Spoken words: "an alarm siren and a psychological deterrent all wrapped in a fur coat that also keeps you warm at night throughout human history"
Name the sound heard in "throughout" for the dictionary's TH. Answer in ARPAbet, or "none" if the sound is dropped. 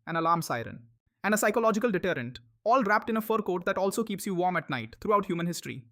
T